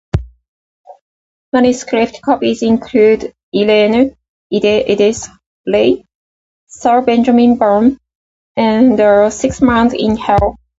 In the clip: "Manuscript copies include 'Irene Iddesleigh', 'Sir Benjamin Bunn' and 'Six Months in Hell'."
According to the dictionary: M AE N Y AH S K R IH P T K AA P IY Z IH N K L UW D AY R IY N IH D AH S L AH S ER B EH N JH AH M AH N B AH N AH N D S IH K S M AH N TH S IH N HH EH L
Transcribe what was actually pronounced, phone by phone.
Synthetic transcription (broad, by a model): M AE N Y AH S K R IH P T K AA P IY Z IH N K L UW D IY L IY N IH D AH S L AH S ER B EH N JH AH M AH N B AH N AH N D S IH K S M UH N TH IH N HH EH L